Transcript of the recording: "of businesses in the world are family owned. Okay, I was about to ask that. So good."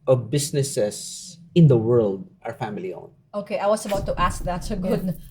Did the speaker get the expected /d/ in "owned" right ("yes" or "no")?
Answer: no